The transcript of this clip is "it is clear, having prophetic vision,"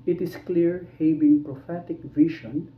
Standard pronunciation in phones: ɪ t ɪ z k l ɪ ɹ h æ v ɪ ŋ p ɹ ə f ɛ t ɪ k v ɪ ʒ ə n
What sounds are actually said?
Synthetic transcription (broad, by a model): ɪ t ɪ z k l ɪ ɹ h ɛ b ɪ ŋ p ɹ ə f ɛ t ɪ k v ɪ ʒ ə n